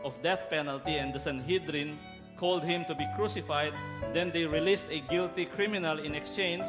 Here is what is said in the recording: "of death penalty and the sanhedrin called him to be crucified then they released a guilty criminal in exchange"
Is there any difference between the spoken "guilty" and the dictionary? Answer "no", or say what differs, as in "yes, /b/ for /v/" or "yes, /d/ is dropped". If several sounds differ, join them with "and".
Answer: no